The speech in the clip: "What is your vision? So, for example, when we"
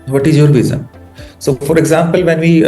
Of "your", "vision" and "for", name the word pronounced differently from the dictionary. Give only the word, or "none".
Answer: vision